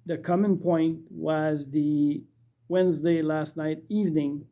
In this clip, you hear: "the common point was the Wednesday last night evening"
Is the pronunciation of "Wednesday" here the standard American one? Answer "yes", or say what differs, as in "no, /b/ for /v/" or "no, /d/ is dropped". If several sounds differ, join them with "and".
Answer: yes